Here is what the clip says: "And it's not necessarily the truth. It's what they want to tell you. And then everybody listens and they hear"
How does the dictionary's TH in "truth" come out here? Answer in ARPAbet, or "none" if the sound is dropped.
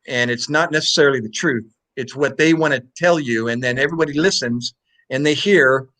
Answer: TH